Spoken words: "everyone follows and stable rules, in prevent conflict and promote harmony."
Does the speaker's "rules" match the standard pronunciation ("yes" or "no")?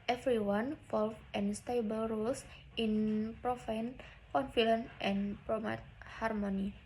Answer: no